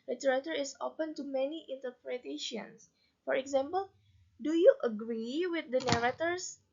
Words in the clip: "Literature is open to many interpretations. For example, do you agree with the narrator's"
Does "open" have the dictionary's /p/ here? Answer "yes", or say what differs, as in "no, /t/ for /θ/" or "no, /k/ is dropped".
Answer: yes